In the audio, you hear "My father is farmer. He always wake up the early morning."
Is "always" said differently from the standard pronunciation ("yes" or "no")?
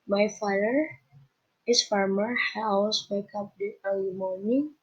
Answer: yes